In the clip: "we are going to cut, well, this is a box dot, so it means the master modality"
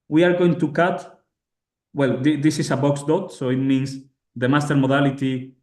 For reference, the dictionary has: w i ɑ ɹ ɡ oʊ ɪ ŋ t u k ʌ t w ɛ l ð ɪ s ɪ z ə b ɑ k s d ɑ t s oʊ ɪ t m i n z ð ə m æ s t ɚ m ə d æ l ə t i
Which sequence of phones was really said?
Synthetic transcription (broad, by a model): w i ɑ ɹ ɡ oʊ ɪ ŋ t u k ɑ t w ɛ l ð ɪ s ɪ s ə b ɑ k s d ɑ t s oʊ ɪ t m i n s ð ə m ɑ s t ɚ m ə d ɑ l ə t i